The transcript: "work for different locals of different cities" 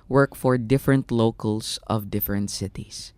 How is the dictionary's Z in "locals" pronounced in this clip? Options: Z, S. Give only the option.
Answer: S